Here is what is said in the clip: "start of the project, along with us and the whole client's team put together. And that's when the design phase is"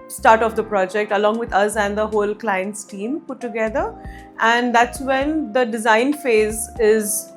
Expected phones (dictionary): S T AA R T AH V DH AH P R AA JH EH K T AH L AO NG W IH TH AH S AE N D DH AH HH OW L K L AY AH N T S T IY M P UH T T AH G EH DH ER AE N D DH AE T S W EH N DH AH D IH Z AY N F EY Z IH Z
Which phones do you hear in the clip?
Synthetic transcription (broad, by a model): S T AA R T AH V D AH P R AA JH EH K T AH L AO NG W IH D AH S AE N D AH HH OW L K L AY AH N T S T IY M P UH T T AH G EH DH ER AE N D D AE T S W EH N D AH D IH Z AY N F EY Z IH Z